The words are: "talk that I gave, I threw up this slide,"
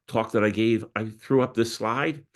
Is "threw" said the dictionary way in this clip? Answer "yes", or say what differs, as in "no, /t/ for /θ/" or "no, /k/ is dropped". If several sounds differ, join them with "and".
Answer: yes